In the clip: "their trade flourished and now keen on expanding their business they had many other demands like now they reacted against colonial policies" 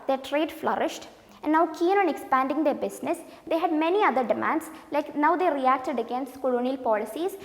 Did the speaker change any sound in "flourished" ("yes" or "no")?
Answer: no